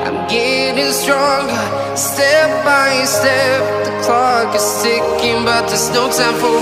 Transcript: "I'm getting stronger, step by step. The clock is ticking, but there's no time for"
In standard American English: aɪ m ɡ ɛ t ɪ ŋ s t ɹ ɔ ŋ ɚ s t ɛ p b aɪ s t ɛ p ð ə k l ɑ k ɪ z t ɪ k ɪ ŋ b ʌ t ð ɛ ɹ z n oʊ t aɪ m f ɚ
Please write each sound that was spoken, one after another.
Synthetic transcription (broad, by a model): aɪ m ɡ ɛ t ɪ ŋ s t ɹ ɔ ŋ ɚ s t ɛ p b aɪ s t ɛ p ð ə k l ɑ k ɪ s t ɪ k ɪ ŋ b ʌ t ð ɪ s n oʊ s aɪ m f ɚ